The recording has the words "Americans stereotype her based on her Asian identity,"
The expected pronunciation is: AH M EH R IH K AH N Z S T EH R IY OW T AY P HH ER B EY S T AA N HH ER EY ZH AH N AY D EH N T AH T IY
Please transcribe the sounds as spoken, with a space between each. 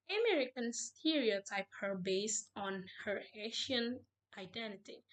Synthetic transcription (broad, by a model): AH M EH R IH K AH N S T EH R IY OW T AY P HH ER B EY S T AA N HH ER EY SH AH N AY D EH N T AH T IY